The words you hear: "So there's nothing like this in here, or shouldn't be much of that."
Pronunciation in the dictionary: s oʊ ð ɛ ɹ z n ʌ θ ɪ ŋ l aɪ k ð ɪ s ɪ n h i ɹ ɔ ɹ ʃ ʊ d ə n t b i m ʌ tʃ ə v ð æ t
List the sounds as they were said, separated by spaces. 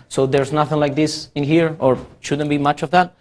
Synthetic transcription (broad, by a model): s oʊ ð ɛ ɹ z n ʌ θ ɪ ŋ l aɪ k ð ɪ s ɪ n h i ɹ ɔ ɹ ʃ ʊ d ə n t b i m ʌ tʃ ə v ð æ t